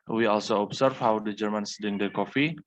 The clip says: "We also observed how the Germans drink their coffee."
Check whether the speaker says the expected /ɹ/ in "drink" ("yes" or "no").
no